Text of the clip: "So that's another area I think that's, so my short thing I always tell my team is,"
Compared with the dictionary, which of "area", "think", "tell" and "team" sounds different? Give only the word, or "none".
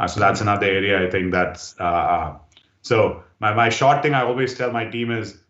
think